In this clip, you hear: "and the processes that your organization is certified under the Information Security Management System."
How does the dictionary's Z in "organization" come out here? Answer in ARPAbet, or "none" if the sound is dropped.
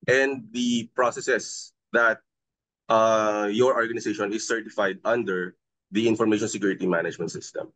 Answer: S